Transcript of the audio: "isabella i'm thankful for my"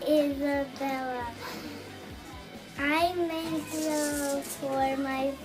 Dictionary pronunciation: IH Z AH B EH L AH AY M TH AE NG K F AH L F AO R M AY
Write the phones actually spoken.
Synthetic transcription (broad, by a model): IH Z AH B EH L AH AY M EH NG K AH F AO R M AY